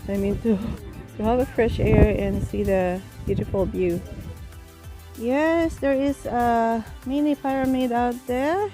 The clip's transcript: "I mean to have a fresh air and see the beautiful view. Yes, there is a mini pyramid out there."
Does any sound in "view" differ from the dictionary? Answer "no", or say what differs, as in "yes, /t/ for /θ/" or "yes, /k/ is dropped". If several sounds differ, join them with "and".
yes, /b/ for /v/